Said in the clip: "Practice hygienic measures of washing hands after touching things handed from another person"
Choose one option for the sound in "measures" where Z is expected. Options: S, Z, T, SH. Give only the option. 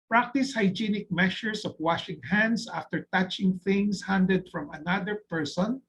S